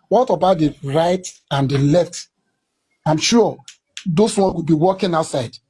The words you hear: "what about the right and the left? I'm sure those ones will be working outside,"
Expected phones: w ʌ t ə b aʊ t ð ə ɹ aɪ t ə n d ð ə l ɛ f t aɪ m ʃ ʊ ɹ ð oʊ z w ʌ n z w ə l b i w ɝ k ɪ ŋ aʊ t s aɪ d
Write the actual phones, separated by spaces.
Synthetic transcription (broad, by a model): w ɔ t ə b aʊ t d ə ɹ aɪ t ə n d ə l ɛ f t aɪ m ʃ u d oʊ s w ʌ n w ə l b i w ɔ k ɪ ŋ aʊ t s aɪ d